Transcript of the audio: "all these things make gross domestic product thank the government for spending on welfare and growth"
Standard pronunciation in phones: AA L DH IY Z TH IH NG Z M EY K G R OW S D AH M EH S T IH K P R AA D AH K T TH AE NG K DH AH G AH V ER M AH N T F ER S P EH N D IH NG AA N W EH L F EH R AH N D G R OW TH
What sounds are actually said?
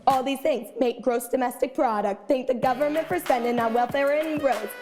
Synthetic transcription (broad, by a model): AA L DH IY Z TH IH NG Z M EY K G R OW S D AH M EH S T IH K P R AA D AH K T TH AE NG K DH AH G AH V ER M AH N T F ER S EH N D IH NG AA W EH L F EH R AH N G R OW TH